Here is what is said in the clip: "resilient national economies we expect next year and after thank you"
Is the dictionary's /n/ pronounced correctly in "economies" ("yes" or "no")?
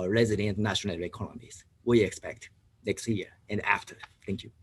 no